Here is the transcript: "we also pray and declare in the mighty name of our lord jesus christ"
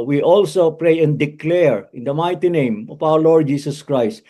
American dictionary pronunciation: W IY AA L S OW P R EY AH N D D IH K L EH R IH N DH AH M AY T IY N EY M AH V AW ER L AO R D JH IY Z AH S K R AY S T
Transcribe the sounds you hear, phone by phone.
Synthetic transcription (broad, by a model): W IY AA L S OW P R EY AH N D D IH K L EH R IH N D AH M AY T IY N EY M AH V AW ER L AO R D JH IY S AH S K R AY S T